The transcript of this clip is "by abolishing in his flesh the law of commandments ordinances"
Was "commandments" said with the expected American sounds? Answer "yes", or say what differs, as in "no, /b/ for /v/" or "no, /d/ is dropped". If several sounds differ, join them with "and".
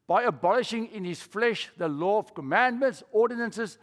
yes